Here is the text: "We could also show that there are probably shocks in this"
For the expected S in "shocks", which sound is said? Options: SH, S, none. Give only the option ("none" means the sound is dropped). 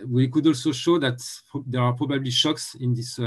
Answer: S